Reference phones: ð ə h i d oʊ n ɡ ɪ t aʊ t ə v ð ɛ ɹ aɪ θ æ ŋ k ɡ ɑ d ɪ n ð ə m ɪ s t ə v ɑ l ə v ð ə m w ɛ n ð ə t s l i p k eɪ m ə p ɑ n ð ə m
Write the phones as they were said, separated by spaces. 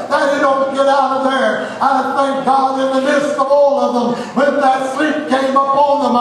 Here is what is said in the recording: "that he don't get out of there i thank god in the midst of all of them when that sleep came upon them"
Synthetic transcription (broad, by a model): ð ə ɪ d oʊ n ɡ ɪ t aʊ t ə v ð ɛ ɹ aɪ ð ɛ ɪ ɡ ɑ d ɪ n ð ə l ɪ s t ə v ɑ l ə v ð ə m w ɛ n ð ə t s l i p k eɪ m ə p ɑ n ð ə m